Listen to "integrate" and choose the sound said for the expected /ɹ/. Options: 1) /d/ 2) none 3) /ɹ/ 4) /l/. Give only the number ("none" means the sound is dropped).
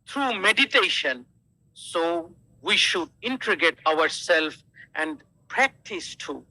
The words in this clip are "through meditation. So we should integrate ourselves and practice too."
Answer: 2